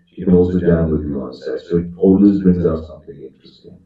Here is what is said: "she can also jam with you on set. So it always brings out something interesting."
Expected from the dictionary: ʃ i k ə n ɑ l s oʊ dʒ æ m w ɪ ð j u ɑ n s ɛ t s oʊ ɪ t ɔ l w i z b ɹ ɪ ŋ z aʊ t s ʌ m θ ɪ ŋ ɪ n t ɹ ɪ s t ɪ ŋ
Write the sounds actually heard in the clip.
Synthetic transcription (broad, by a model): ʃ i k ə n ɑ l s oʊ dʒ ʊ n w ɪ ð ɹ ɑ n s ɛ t s oʊ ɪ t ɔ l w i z b ɹ ɪ ŋ z aʊ t s ʌ m θ ɪ ŋ ɪ n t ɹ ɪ s t ɪ ŋ